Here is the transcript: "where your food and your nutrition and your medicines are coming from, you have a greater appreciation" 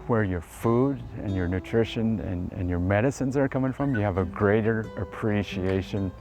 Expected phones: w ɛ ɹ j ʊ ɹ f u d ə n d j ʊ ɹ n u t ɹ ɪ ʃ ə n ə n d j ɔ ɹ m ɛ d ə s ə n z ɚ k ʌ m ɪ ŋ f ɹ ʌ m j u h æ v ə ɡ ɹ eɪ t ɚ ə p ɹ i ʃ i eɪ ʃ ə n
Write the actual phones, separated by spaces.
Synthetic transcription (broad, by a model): w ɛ ɹ j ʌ ɹ f u d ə n j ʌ ɹ n u t ɹ ɪ ʃ ə n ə n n j ɔ ɹ m ɛ d ə s ə n z ɚ k ʌ m ɪ ŋ f ɹ ʌ m j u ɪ v ə ɡ ɹ eɪ t ɚ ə p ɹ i ʃ i eɪ ʃ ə n